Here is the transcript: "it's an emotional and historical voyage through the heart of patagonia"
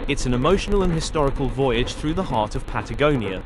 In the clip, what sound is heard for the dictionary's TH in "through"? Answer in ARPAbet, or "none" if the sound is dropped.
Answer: TH